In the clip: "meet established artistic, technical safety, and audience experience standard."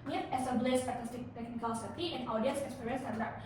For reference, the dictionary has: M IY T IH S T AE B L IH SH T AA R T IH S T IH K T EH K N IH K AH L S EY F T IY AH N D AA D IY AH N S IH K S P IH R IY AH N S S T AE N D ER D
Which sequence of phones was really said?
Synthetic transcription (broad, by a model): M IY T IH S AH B L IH S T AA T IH S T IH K T EH K N IH K AH L S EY T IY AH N AA D IY AH N S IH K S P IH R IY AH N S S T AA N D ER